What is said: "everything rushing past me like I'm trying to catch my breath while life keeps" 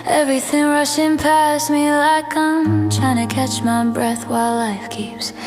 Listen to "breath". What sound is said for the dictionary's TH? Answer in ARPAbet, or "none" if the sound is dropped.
TH